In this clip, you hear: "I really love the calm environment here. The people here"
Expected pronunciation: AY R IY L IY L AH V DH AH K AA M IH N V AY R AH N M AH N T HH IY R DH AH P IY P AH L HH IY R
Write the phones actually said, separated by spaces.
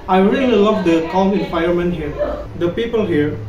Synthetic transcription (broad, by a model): AY R IY L IY L AH V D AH K AA M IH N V AY AH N M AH N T HH IY R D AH P IY P AH L HH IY R